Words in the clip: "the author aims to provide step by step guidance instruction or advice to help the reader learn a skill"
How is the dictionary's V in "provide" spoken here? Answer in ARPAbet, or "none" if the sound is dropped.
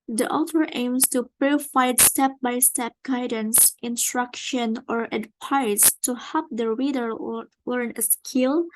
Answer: F